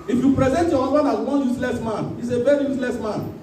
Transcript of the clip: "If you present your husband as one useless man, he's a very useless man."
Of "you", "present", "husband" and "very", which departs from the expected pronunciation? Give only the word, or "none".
husband